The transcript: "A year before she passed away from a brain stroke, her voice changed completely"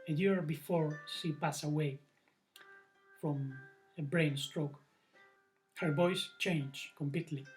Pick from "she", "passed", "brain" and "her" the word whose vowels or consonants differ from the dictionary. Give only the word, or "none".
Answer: passed